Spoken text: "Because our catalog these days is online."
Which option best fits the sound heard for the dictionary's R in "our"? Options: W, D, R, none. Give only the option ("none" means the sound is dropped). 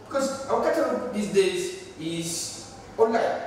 W